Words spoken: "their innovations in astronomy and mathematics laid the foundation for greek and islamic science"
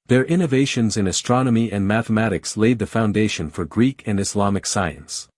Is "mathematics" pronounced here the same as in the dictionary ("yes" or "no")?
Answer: yes